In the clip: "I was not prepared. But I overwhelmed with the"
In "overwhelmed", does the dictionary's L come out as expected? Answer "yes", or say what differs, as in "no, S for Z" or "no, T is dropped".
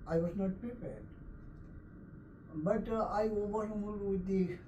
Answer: no, L is dropped